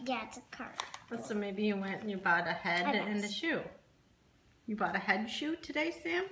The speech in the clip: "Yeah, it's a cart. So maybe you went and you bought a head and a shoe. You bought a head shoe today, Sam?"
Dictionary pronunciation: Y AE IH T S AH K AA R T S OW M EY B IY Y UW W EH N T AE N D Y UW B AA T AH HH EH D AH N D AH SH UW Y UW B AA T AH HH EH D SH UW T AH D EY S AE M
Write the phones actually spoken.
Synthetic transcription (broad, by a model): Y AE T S AH K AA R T S OW M EY B IY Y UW W EH N T N Y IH B AA T AH HH EH D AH N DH AH SH UW Y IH B AA T AH HH EH D SH UW T AH D EY S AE M